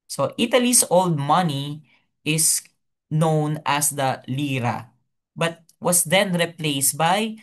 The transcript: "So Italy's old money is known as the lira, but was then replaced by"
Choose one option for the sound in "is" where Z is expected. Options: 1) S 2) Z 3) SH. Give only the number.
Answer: 1